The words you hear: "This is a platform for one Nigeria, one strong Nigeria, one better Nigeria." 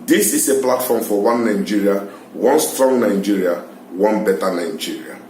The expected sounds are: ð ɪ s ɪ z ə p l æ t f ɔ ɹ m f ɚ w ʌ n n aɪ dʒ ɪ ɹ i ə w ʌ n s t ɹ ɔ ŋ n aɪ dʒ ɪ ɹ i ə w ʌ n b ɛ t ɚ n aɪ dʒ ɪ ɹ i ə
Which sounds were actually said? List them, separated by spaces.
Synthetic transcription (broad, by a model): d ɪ s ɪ s ə p l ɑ t f ɔ m f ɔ w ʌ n n aɪ dʒ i ɹ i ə w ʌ n s t ɹ ɔ ŋ n aɪ dʒ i ɹ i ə w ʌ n b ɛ t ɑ n aɪ dʒ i ɹ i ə